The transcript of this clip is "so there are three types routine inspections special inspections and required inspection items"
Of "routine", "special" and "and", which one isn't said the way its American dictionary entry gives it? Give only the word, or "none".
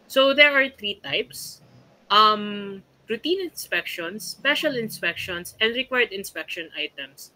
none